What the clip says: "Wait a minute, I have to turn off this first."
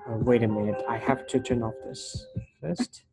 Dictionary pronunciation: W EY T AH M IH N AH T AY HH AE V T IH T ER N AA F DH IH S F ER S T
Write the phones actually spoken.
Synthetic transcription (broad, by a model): W EY T AH M IH N AH T AY HH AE F T IH T ER N AA F DH IH S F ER S T